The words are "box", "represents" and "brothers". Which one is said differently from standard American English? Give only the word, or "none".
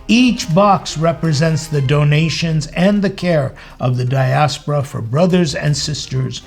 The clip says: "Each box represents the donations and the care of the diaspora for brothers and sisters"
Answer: none